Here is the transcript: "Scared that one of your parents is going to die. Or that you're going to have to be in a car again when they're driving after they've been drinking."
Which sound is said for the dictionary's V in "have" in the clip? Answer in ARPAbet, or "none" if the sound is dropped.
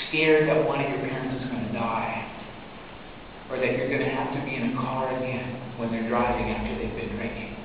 F